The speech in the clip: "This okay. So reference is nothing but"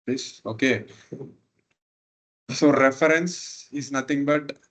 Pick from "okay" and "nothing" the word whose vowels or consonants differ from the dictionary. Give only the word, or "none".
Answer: nothing